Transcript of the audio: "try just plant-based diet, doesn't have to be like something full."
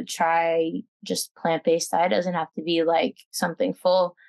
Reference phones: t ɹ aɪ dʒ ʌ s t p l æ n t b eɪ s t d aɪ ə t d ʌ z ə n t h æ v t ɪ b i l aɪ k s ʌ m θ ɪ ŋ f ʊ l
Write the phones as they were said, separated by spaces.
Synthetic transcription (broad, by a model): t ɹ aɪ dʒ ʌ s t p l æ n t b eɪ s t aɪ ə d ʌ z ə n t h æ f t ɪ b i l aɪ k s ʌ m θ ɪ ŋ f ʊ l